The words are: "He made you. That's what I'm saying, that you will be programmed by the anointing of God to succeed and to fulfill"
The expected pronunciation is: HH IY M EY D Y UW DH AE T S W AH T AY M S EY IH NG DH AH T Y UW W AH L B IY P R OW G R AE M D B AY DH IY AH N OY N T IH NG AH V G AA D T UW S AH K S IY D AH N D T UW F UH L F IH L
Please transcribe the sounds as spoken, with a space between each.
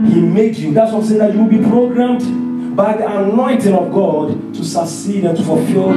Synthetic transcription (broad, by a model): HH IY M EY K Y UW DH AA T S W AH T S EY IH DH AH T Y UW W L B IY P R OW G R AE M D B AY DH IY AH N OY N T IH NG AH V G AA D T UW S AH S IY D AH N T UW F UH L F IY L